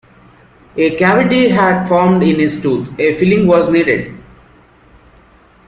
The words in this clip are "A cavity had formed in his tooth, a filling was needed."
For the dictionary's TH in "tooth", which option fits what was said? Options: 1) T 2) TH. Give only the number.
1